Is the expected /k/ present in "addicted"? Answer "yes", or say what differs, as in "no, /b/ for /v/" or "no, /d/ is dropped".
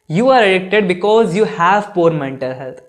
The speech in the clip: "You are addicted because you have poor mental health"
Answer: yes